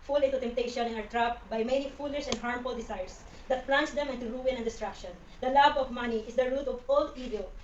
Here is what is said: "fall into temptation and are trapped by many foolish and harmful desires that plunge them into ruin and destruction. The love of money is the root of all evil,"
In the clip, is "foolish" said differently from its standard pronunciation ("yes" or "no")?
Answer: yes